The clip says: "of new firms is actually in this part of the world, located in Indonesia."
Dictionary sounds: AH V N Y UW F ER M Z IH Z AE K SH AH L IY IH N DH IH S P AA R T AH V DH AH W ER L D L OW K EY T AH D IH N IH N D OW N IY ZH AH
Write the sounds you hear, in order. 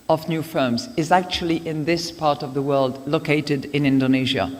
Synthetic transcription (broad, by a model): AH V N Y UW F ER M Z IH Z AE K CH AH L IY IH N DH IH S P AA R T AH V DH AH W ER L D L OW K EY T AH D IH N IH N D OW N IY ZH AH